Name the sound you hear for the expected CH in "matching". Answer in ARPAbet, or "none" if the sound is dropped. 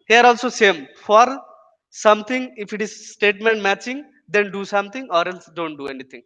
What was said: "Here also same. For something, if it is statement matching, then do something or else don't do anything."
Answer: CH